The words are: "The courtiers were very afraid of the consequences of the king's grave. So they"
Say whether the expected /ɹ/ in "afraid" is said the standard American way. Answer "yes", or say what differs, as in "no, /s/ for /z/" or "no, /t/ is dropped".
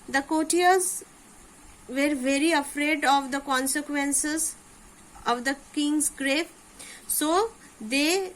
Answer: yes